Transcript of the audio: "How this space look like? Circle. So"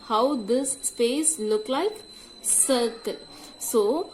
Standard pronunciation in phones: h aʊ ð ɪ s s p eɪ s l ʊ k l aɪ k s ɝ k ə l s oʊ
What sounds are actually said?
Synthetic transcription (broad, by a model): h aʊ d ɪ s s p eɪ s l ʊ k l aɪ k s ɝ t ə n s oʊ